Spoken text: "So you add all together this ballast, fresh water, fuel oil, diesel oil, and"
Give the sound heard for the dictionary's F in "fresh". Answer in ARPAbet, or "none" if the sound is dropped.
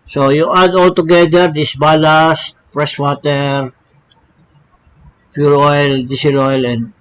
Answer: P